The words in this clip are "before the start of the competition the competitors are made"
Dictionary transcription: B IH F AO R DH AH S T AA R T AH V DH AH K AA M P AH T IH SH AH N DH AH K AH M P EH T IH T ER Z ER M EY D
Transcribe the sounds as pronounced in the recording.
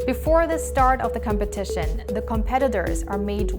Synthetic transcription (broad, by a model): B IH F AO R DH AH S T AA R T AH V DH AH K AA M P AH T IH SH AH N DH AH K AH M P EH T IH T ER Z ER M EY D